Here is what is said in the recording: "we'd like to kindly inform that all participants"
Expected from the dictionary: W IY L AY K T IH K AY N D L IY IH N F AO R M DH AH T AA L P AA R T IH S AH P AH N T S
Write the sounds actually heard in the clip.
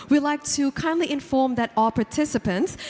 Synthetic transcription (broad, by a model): W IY L AY K T IH K AY N D L IY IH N F AO R M DH AH T AA L P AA R T IH S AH P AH N T S